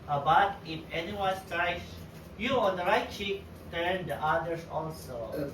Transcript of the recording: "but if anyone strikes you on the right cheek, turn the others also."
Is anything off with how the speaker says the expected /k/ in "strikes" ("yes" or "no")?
yes